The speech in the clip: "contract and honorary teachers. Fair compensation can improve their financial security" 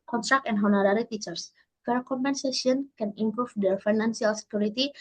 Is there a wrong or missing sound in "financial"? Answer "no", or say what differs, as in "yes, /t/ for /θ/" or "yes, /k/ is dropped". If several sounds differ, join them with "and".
yes, /s/ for /ʃ/